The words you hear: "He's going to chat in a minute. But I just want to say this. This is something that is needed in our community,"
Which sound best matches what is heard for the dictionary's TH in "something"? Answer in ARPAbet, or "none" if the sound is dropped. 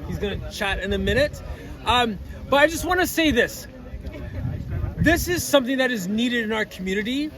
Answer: TH